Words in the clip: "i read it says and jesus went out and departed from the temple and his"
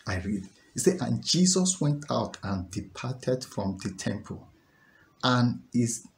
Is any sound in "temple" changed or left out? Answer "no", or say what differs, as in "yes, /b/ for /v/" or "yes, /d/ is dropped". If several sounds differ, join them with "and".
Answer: no